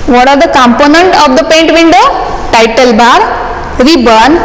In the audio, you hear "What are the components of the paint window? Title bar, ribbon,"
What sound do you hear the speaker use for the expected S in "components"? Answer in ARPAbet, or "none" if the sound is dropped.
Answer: none